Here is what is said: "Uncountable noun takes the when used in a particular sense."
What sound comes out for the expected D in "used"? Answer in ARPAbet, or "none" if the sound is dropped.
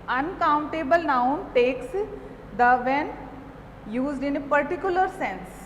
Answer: D